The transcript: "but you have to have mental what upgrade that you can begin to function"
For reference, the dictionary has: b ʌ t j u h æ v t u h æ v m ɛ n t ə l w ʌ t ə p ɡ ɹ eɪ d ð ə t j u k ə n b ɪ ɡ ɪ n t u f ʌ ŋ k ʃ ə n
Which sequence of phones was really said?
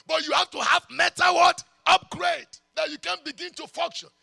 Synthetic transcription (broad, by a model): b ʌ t j u h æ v t u h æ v m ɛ t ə w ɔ t ə p ɡ ɹ eɪ d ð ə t j u k ə n b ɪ ɡ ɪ n t u f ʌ ŋ k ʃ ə n